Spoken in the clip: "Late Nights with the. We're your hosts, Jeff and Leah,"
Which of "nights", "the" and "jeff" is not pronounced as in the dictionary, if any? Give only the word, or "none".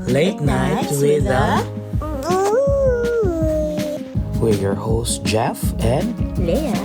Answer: nights